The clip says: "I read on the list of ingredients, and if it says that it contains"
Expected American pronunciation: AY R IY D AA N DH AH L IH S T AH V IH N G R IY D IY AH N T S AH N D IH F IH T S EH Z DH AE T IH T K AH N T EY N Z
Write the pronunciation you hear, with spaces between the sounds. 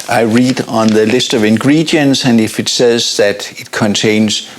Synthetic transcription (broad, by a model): AY R IY D N DH AH L IH S T AH V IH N G R IY D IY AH N S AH N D IH F IH T S EH Z DH AE T IH T K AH N T EY N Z